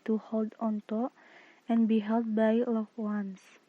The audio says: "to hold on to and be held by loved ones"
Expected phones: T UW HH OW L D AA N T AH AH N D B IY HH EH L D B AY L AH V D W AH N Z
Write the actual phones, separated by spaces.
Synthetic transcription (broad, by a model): T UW HH OW L D AA N T AH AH N B IY HH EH L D B AY L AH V W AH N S